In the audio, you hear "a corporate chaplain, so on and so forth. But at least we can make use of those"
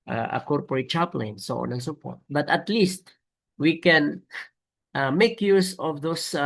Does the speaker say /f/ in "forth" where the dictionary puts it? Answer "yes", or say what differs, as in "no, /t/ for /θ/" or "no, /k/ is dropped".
no, /p/ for /f/